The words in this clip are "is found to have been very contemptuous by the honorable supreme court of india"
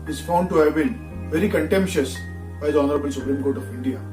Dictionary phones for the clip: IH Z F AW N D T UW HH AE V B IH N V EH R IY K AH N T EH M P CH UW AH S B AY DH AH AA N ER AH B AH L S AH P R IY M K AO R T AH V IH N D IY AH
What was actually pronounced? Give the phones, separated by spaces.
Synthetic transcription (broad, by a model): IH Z F AW N D T UW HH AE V B IH N V EH R IY K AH N T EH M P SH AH S B AY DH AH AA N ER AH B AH N S AH P R IY M K AO R T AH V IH N D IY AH